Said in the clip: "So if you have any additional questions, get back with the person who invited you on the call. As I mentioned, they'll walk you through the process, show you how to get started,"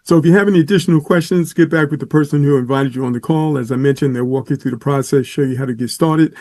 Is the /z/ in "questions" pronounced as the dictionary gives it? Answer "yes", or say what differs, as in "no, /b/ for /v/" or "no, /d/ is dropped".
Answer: yes